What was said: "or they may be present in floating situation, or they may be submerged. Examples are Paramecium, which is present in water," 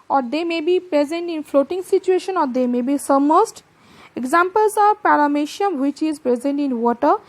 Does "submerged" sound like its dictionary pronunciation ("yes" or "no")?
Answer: no